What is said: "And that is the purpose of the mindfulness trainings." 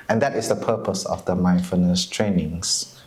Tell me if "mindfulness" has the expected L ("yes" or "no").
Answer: no